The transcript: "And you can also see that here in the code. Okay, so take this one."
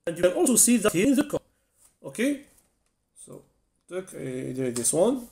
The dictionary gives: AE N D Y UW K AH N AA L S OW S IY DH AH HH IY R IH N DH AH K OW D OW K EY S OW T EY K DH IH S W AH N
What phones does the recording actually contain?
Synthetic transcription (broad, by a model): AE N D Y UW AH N AA L S OW S IY DH AH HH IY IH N DH AH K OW OW K EY S OW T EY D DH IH S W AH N